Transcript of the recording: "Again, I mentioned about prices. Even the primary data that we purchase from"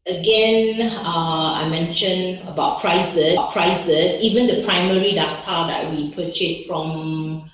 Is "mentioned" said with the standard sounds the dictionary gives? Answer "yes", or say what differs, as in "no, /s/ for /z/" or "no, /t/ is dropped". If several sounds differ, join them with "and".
no, /d/ is dropped